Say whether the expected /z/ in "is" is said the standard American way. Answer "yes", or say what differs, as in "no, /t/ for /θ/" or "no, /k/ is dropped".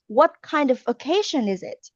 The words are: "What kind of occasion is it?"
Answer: yes